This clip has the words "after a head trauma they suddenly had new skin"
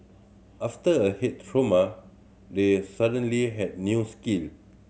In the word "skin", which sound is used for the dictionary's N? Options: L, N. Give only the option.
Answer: L